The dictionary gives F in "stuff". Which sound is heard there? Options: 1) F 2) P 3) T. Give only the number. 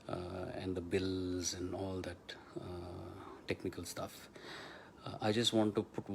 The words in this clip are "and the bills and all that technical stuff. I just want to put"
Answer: 1